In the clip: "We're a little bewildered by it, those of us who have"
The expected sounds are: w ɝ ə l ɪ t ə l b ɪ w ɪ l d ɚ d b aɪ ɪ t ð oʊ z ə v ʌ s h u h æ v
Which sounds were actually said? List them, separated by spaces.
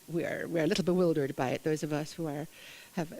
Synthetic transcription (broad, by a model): w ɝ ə l ɪ t l b ɪ w ɪ l d ɚ d b aɪ ɪ t ð oʊ z ə v ʌ s h u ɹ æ v